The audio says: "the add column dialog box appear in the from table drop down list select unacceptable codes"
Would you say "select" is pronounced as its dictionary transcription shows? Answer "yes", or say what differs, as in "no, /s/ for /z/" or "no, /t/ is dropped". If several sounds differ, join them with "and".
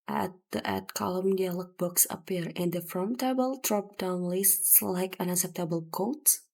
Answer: no, /t/ is dropped